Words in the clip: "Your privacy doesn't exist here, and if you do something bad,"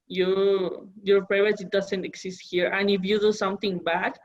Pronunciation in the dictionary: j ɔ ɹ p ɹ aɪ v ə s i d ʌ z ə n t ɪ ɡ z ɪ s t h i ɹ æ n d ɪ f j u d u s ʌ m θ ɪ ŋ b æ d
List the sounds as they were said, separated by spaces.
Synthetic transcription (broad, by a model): j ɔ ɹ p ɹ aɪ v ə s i d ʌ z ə n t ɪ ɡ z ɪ s t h i ɹ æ n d ɪ f j u d u s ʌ m t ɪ ŋ b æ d